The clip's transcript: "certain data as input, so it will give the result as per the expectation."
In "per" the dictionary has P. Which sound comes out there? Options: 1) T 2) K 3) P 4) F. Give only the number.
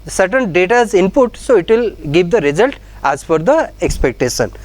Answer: 4